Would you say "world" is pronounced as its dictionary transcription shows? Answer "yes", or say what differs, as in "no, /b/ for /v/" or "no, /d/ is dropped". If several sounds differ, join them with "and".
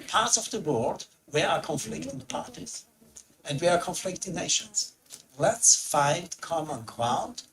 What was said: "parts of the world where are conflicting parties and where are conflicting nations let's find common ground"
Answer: no, /l/ is dropped